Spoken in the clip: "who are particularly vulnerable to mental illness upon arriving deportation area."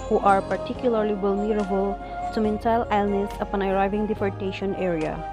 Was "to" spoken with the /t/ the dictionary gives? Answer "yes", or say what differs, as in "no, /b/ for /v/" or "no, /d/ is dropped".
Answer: no, /s/ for /t/